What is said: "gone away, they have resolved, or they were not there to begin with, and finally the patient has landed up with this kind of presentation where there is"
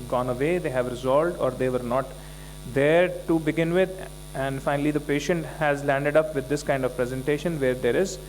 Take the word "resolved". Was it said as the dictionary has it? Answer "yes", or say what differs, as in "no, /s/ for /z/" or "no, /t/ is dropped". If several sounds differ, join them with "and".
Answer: no, /v/ is dropped